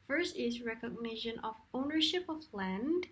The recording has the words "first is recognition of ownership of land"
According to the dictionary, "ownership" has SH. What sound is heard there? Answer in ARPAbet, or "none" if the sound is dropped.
SH